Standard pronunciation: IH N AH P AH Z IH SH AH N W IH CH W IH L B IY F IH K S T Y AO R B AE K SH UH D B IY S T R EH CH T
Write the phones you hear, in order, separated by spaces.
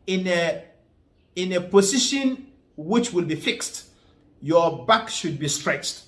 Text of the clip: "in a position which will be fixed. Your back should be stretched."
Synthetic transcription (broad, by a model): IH N AH P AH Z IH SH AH N W IH CH W IH L B IY F IH K S T Y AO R B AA K SH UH D B IY S T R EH CH T